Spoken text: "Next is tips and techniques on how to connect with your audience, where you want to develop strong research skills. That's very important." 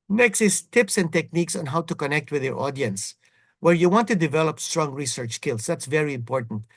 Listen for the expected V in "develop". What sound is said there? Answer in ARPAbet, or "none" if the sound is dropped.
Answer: V